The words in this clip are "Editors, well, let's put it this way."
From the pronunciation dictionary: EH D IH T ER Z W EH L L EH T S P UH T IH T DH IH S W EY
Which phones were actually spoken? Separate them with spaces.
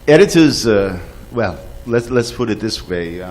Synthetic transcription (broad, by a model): EH D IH T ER Z W EH L L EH T S P UH T IH T DH IH S W EY